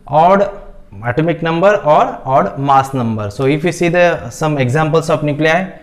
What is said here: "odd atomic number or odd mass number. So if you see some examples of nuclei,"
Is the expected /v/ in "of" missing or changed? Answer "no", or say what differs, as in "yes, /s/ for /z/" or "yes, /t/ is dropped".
yes, /p/ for /v/